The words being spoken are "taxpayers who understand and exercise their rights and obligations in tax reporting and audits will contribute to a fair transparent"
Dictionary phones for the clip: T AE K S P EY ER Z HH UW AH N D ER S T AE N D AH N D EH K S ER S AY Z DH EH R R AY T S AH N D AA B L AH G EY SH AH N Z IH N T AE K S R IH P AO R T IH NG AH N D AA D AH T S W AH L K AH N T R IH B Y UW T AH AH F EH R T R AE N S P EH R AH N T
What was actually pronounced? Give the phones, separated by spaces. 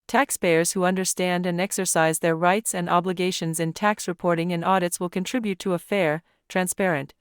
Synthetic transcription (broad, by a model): T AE K S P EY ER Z HH UW AH N D ER S T AE N D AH N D EH K S ER S AY Z DH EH R R AY T S AH N D AA B L AH G EY SH AH N Z IH N T AE K S R IH P AO R T IH NG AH N AA D AH T S W AH L K AH N T R IH B Y UW T AH AH F EH R T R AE N S P EH R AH N T